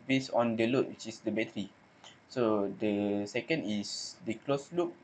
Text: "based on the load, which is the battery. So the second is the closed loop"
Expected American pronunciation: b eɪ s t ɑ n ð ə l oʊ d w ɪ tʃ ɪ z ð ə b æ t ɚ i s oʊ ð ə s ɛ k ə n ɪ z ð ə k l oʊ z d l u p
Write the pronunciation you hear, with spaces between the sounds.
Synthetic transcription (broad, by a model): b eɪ s ɑ n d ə l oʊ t w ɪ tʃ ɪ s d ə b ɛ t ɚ i s oʊ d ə s ɛ k ə n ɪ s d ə k l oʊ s l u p